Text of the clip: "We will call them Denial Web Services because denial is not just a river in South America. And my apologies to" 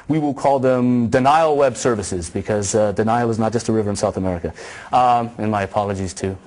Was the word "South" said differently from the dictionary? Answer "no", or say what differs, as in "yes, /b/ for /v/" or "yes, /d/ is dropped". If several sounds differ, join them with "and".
no